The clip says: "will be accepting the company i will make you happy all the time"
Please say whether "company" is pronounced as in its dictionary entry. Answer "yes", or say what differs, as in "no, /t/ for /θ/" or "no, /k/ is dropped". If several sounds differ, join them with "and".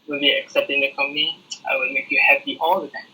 no, /n/ is dropped